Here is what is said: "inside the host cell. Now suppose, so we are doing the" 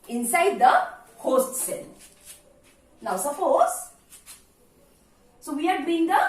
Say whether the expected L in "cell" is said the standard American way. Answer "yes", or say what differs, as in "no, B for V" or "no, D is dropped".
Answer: no, N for L